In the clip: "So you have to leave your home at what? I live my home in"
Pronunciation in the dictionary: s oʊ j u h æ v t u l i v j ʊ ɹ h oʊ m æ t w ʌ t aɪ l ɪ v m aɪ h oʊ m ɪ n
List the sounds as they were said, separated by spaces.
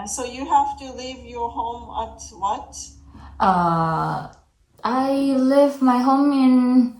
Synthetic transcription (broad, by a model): s oʊ j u h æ f t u l i v j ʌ ɹ h oʊ m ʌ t w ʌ t aɪ l ɪ v m aɪ h oʊ m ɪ n